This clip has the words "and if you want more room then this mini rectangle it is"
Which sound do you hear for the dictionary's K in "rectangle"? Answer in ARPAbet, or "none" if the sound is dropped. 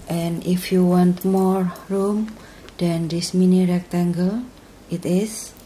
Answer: K